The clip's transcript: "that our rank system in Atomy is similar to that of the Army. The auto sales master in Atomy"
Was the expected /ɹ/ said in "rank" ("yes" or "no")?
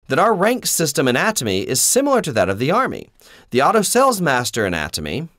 yes